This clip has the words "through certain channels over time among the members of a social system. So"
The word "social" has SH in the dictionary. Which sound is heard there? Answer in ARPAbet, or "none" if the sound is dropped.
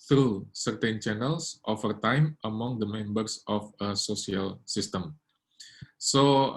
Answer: S